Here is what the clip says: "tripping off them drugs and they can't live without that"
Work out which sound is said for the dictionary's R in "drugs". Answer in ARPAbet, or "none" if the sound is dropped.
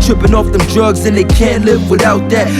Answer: R